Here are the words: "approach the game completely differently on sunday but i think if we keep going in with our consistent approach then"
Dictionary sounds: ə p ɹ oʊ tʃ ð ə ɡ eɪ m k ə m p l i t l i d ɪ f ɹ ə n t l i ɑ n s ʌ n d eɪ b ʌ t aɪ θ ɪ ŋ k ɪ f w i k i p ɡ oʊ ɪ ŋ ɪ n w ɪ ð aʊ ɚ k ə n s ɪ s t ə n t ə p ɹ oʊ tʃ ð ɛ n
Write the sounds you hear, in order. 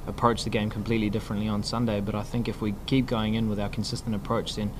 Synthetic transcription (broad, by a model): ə p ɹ oʊ tʃ ð ə ɡ eɪ m k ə m p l i t l i d ɪ f ɹ ə n t l i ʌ n s ʌ n d eɪ b ʌ t aɪ θ ɪ ŋ k ɪ f w i k i p ɡ oʊ ɪ ŋ ɪ n w ɪ ð aʊ ɚ k n s ɪ s t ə n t ə p ɹ oʊ tʃ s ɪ n